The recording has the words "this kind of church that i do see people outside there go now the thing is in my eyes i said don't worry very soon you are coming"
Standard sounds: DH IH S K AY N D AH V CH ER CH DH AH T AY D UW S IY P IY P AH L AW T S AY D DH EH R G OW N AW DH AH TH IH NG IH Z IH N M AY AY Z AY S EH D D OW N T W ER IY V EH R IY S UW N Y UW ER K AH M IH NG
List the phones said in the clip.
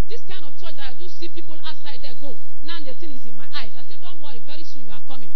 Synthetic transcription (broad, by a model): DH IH S K AY N D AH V CH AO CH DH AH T AY D UW S IY P IY P AH L AW T S AY D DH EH G OW N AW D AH T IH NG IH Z IH N M AY AY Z AY S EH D D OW N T W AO IY V EH R IY S UW N Y UW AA K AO M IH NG